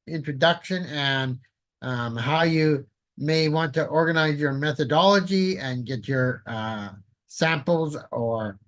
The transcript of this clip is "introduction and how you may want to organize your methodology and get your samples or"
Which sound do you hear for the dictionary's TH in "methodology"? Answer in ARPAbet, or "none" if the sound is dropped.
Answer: TH